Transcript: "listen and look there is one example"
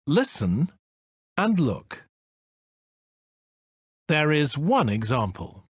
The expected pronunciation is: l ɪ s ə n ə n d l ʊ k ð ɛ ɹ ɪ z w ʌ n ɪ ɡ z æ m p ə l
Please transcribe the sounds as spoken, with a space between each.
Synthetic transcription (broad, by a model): l ɪ s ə n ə n l ʊ k ð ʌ ɹ ɪ z w ʌ n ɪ ɡ z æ m p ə l